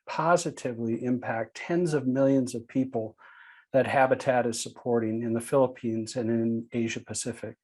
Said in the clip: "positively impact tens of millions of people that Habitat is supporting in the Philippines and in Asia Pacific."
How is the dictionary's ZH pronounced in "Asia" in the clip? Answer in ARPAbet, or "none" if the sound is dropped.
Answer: ZH